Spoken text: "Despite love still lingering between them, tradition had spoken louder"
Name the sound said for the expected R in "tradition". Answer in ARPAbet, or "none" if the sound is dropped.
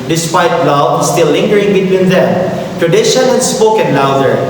R